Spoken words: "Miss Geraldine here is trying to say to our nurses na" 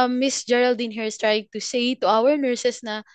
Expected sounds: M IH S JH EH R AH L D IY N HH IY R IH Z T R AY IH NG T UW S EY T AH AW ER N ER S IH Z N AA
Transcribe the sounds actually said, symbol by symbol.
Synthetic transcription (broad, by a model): M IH S JH EH R AH L D IY N HH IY R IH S T R AY IH NG T UW S EY T AH AW ER N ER S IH S N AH